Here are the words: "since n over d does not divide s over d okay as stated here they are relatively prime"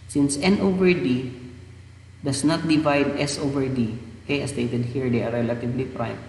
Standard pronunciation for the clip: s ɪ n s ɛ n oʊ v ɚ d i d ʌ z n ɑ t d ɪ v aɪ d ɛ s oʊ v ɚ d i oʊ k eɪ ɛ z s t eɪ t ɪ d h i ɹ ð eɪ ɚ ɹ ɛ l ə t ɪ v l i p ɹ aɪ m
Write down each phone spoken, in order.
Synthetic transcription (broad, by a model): s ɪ n s ɛ n oʊ v ɚ d i d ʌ s n ɑ t d ɪ v aɪ d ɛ s oʊ v ɚ d i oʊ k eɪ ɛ s t eɪ t ɪ d h i ɹ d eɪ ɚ ɹ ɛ l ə t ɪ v l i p ɹ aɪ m